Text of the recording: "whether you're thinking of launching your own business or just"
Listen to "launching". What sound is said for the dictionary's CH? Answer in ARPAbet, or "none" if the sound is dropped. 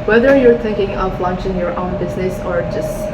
CH